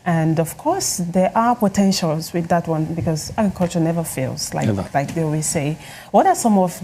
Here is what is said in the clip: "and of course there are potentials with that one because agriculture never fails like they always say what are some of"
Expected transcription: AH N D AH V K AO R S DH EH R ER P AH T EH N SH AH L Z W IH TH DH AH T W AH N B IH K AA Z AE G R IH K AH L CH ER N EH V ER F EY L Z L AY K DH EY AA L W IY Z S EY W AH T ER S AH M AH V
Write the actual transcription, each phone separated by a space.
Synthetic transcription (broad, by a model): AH N D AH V K AO R S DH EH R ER P AH T EH N SH AH L Z W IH DH AH T W AH N B IH K AA Z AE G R K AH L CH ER N EH V ER F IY L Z L AY K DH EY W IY S EY W AH T ER S AH M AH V